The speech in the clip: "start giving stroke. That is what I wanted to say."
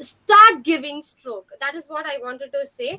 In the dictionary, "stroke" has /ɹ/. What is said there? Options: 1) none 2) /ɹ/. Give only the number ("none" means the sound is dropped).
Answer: 2